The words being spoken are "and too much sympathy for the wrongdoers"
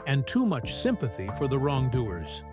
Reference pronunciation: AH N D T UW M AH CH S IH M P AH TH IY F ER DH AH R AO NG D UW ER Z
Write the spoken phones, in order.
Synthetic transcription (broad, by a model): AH N T UW M AH CH S IH M P AH TH IY F ER DH AH R AO NG D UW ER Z